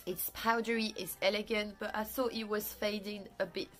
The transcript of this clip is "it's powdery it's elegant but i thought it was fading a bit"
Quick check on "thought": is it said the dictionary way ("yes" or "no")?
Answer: yes